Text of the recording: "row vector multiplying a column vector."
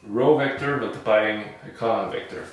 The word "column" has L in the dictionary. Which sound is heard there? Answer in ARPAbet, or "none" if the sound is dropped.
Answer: N